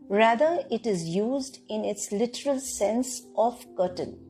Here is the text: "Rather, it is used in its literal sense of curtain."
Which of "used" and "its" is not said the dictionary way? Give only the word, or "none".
none